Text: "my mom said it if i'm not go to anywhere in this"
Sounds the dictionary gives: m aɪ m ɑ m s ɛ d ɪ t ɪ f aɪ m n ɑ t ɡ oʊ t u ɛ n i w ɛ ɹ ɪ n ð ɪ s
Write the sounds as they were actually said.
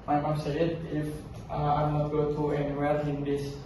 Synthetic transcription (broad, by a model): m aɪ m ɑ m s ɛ ɪ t ɪ f aɪ m n ɑ t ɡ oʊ t u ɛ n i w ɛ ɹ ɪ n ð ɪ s